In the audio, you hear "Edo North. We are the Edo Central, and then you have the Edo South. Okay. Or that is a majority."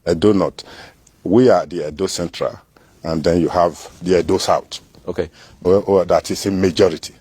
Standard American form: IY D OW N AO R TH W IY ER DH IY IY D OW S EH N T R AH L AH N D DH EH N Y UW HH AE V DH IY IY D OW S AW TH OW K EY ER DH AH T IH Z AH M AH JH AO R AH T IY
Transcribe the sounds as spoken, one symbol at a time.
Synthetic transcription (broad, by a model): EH D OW N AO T W IY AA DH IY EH D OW S EH N T R AH L AH N D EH N Y UW HH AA V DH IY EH D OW S AW T OW K EY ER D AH T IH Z AH M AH JH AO R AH T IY